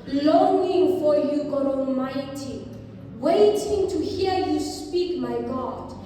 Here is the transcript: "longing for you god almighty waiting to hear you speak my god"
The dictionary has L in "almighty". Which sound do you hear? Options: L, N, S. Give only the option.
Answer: L